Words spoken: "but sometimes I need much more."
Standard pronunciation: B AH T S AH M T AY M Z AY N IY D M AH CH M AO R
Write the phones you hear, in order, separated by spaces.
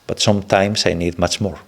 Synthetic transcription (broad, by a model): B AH T S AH M T AY M S AY N IY D M AH CH M AO R